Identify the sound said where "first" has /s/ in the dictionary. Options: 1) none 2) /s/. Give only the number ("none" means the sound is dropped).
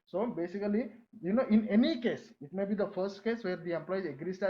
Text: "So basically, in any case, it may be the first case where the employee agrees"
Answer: 2